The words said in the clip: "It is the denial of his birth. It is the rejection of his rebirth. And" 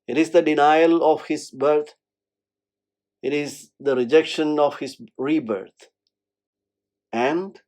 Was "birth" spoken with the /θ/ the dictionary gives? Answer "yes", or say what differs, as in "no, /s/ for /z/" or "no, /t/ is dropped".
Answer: no, /t/ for /θ/